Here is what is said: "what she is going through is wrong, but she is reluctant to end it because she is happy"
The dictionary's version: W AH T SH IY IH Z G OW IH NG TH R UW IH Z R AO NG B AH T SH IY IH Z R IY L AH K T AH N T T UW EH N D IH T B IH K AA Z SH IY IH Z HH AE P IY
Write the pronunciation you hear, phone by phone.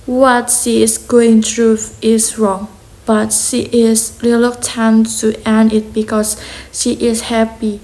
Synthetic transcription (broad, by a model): W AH T SH IY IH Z G OW IH NG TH R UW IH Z R AO NG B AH T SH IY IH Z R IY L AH T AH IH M T UW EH N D IH T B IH K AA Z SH IY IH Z HH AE P IY